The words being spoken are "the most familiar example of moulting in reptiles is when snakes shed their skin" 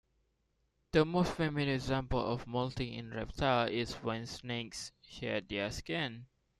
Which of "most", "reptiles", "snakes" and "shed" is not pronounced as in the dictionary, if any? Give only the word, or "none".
reptiles